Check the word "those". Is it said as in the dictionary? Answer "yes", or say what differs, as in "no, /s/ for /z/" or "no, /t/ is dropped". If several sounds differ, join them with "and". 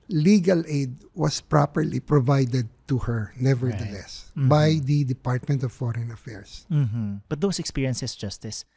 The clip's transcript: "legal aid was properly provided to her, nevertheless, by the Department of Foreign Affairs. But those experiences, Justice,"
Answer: no, /s/ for /z/